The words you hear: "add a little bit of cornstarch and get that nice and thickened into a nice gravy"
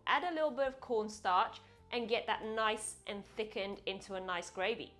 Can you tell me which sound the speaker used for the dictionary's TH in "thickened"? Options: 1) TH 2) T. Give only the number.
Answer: 1